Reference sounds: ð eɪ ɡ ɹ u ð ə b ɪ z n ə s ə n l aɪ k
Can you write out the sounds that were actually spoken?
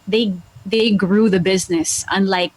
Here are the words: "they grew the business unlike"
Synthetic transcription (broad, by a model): ð eɪ ɡ ɹ u ð ə b ɪ z n ə s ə n l aɪ k